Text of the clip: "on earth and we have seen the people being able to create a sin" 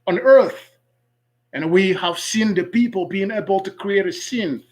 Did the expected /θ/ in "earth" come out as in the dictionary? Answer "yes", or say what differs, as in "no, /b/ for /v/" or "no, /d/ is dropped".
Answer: yes